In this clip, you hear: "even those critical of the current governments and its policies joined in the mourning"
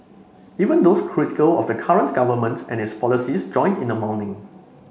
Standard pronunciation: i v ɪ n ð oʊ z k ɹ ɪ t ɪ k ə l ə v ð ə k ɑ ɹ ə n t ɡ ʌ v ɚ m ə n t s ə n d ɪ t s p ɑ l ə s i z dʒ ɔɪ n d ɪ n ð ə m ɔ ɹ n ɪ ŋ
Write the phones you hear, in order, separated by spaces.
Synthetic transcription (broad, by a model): i v ɪ n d oʊ s k ɹ ɪ t ɪ k ə l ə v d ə k ɑ ɹ ə n t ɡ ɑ v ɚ m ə n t ə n ɪ t s p ɑ l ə s i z dʒ ɔɪ n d ɪ n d ə m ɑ w n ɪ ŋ